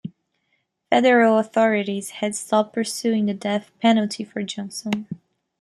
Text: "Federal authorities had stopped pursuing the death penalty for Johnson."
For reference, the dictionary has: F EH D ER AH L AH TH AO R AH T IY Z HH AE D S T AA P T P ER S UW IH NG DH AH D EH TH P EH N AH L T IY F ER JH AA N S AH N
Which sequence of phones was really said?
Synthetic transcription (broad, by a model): F EH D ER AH L AH TH AO R AH T IY Z HH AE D S T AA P P ER S UW IH NG DH AH D EH TH P EH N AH L T IY F ER JH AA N S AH N